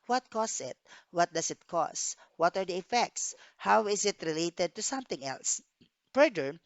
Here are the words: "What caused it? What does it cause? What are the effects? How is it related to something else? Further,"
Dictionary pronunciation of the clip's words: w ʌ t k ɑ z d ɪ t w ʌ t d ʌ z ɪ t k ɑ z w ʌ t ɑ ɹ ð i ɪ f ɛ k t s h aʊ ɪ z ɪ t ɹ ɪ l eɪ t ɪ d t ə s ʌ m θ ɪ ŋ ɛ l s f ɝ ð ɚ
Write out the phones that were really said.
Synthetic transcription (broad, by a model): w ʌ t k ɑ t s ɪ t w ʌ t d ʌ s ɪ t k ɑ s w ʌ t ɑ ɹ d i ɪ f ɛ k t s h aʊ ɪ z ɪ t ɹ ɪ l eɪ t ɪ d t ə s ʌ m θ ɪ ŋ ɛ l s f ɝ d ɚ